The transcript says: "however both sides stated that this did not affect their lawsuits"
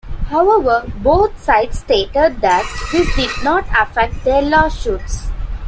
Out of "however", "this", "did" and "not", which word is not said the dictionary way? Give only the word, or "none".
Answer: this